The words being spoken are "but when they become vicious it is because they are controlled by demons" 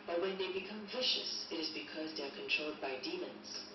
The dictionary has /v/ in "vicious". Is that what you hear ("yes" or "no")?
yes